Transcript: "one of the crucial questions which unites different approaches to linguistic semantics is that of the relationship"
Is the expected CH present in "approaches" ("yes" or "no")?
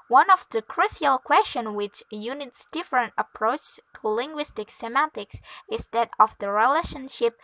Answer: no